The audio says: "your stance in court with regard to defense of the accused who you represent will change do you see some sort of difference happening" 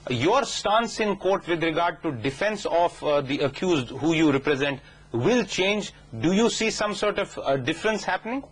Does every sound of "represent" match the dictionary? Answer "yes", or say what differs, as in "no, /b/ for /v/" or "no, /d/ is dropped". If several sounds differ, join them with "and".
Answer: yes